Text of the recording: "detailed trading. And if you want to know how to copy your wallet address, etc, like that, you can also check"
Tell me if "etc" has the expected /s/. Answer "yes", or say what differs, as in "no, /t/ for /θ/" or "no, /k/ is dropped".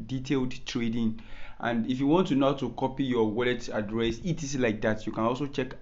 no, /s/ is dropped